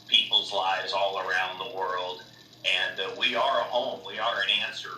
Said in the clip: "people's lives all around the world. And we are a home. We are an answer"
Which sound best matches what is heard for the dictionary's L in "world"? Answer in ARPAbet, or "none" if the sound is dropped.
L